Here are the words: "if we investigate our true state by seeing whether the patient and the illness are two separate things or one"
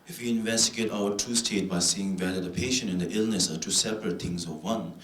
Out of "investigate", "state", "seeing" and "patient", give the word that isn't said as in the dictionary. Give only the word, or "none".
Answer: patient